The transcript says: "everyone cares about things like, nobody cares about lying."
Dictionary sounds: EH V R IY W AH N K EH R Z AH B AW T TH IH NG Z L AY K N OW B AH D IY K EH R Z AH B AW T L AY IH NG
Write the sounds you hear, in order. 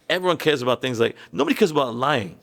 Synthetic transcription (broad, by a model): EH V R IY W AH N K EH R Z AH B AW T TH IH NG Z L AY K N OW B AH D IY K EH R Z AH B AW T L AY IH NG